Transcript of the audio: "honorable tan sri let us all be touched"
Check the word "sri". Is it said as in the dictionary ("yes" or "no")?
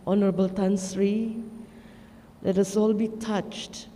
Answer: yes